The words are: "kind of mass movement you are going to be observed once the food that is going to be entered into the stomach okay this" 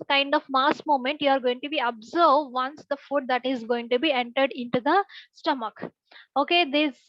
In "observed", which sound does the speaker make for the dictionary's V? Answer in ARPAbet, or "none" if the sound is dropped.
none